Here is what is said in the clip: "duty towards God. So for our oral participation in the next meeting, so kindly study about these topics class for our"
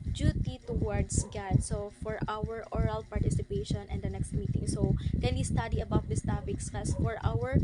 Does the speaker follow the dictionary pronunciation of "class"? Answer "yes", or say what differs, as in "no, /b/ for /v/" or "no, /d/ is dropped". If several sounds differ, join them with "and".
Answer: no, /l/ is dropped